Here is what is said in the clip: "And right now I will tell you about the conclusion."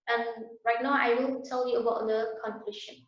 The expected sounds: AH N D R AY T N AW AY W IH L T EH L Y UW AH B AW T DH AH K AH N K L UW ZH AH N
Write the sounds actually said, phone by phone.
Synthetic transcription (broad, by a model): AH N R AY T N AW AY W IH N T EH L Y UW AH B AW T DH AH K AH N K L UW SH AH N